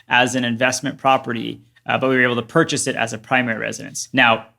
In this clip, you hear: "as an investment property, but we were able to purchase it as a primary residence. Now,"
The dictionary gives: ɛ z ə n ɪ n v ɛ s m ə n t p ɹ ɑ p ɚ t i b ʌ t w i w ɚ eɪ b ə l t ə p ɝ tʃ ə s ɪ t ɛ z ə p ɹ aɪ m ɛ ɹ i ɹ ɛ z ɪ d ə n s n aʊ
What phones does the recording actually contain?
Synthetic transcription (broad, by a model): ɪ z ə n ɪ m v ɛ s m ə n p ɹ ɑ p ɚ t i b ʌ t w i w ɚ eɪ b l t ə p ɝ tʃ ə s ɪ t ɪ z ə p ɹ aɪ m ɛ ɹ i ɹ ɛ z ɪ d ə n s n aʊ